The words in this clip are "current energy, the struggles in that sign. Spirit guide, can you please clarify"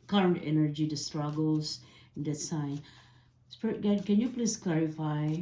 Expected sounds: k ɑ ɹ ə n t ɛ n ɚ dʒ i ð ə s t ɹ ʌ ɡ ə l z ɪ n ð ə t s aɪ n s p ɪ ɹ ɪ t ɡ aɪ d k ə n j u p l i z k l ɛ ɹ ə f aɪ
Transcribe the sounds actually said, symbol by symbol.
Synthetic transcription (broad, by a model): k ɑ ɹ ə n t ɛ n ɚ dʒ i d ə s t ɹ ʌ ɡ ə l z ɪ n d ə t s aɪ n s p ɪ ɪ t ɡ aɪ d k ə n j u p l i s k l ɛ ɹ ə f aɪ